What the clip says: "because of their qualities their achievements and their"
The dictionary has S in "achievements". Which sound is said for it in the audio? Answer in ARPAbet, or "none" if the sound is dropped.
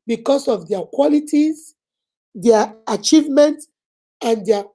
none